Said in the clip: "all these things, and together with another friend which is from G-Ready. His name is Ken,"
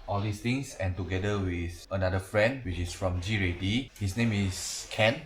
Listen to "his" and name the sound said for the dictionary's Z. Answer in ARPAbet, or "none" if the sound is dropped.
S